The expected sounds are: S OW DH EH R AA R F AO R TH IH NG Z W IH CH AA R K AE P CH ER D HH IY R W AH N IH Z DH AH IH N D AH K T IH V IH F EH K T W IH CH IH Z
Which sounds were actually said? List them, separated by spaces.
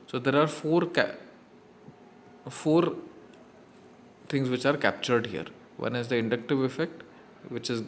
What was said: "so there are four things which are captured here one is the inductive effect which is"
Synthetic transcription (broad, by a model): S OW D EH R AA R F AO R F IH NG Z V IH CH AA R K AE P CH ER D HH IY R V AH N IH Z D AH IH N D AH K T IH V IH F EH K T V IH CH IH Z